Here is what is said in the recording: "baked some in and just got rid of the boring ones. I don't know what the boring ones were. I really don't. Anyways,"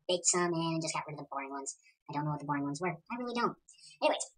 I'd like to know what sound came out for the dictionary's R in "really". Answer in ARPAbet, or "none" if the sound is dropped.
W